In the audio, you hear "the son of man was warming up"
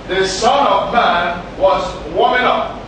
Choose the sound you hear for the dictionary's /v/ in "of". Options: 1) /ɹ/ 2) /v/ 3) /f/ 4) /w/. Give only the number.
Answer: 2